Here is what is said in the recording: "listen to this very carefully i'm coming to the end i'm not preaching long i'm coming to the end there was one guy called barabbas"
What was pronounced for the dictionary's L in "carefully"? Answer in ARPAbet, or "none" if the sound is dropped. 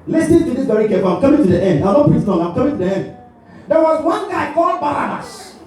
none